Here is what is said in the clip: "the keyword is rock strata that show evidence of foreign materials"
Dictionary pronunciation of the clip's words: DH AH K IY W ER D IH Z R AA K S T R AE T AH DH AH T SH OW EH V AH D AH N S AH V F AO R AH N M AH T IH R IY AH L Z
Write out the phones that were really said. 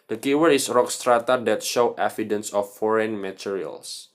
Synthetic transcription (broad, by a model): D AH K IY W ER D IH S R AA K S T R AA T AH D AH T SH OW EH F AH D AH N S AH F AO R AH N M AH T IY R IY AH L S